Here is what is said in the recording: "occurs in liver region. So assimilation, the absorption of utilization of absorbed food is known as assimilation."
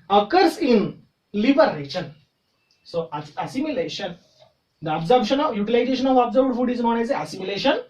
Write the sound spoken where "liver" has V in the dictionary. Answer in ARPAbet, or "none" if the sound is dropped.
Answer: B